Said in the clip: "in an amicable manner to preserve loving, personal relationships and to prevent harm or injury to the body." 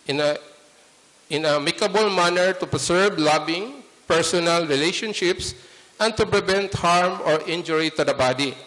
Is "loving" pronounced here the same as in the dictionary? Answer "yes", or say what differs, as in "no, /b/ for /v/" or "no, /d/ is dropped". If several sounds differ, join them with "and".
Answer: no, /b/ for /v/